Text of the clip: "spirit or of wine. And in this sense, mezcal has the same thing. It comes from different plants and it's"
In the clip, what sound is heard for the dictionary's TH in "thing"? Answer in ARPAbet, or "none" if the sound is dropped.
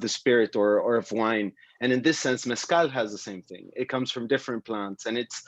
TH